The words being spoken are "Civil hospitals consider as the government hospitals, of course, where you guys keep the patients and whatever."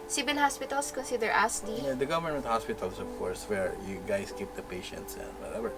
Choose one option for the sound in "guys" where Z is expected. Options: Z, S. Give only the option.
S